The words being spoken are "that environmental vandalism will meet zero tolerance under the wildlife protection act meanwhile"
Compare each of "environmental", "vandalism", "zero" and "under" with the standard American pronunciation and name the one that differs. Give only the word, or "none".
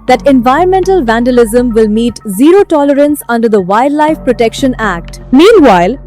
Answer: none